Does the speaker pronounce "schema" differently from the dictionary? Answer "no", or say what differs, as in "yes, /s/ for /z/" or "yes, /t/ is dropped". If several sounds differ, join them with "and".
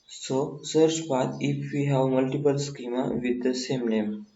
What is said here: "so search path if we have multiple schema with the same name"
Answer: no